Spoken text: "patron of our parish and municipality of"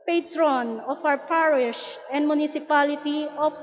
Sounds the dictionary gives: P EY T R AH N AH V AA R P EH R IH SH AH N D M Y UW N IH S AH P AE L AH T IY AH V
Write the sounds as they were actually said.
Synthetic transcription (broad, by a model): P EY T R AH N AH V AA W P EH R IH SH AH N D M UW N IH S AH P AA L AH T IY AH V